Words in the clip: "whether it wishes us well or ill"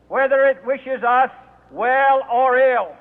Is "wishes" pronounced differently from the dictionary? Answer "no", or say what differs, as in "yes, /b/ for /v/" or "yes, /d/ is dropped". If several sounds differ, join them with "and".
no